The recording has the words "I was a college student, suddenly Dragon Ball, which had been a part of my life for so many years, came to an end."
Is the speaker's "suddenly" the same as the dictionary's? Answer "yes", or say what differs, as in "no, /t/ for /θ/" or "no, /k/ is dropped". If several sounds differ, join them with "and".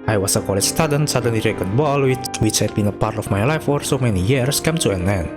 no, /l/ is dropped